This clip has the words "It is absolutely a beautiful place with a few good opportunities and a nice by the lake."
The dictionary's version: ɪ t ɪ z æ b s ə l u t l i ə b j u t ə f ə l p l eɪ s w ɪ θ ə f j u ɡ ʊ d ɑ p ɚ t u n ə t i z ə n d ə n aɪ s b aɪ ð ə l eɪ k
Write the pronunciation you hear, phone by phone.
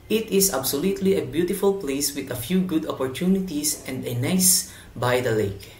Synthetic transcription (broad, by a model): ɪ t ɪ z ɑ b s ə l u t l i ə b j u t ə f ə l p l eɪ s w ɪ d ə f j u ɡ ʊ d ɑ p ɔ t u n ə t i s ə n d ə n aɪ s b aɪ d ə l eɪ k